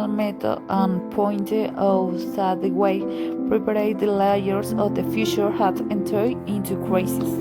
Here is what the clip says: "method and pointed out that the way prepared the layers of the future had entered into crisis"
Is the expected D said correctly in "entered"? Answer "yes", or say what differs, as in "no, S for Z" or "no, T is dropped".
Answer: no, D is dropped